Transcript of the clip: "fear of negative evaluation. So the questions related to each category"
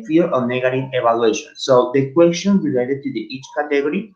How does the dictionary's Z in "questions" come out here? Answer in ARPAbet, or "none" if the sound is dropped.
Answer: none